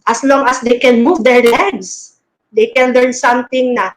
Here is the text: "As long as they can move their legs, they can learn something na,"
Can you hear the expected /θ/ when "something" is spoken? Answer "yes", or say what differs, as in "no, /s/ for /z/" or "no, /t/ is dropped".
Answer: no, /t/ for /θ/